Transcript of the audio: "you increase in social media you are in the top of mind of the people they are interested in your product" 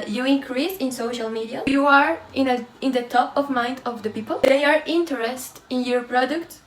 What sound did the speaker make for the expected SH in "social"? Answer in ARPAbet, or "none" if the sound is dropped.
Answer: SH